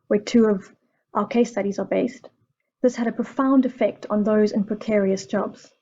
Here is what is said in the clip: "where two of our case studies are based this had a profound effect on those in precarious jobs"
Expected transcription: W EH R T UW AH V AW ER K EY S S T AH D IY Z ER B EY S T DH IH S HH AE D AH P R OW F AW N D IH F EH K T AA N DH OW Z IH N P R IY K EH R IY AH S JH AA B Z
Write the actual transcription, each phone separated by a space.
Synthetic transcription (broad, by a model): W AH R T UW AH V AW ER K EY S S T AH D IY Z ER B EY S T DH IH S HH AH D AH P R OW F AW N D IH F EH K T N DH OW Z IH N P R IY K EH R IY AH S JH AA B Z